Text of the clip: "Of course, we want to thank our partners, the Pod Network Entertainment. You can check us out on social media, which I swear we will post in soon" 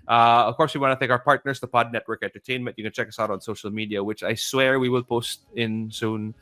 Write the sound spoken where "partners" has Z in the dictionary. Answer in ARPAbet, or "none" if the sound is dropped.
S